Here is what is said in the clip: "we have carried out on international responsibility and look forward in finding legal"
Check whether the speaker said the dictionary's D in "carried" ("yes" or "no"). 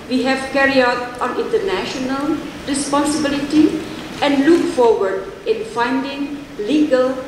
no